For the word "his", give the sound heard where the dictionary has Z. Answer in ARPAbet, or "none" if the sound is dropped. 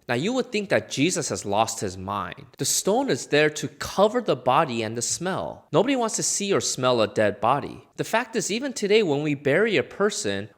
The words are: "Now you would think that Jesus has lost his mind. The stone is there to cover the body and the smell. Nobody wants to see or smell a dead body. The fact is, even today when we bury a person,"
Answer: Z